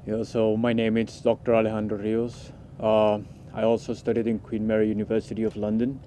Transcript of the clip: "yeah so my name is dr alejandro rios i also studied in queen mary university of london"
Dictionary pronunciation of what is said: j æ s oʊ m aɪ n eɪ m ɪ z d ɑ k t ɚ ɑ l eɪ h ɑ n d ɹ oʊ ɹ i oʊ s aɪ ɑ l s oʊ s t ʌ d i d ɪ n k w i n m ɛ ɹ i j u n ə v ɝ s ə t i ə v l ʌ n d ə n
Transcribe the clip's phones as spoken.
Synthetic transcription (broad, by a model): j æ s oʊ m aɪ n eɪ m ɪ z d ɑ k t ɚ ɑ l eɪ h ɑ n d ɹ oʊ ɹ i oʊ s aɪ ɑ l s oʊ s t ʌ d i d ɪ n k w i n m ɛ ɹ i j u n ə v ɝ s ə t i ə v l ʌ n d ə n